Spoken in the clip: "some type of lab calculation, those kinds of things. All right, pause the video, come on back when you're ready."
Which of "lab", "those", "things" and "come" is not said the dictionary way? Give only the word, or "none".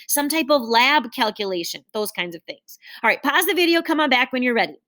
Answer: none